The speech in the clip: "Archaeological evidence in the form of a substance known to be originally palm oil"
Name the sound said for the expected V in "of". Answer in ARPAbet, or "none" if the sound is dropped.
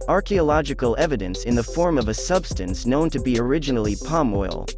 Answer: V